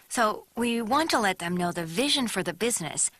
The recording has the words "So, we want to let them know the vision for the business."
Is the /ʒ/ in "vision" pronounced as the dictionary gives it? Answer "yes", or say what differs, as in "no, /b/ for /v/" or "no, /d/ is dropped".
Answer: yes